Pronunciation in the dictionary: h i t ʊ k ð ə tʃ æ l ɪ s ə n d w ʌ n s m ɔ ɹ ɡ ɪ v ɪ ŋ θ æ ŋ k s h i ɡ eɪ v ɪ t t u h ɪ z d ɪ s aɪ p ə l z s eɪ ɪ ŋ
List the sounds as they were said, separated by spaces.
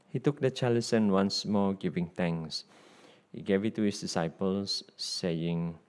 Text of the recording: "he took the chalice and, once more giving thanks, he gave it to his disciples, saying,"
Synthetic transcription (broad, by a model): h i t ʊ k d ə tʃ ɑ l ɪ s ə n w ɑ n s m ɔ ɡ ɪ v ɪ ŋ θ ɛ ŋ s h i ɡ eɪ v ɪ t t u h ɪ s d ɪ s aɪ p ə l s eɪ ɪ ŋ